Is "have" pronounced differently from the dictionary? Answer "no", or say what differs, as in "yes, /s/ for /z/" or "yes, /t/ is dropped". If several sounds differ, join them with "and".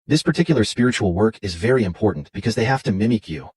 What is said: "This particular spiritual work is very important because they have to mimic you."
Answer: yes, /f/ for /v/